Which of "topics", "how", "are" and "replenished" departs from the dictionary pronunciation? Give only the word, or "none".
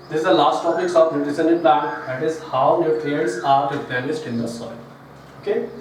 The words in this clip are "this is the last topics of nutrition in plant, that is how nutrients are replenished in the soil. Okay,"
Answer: replenished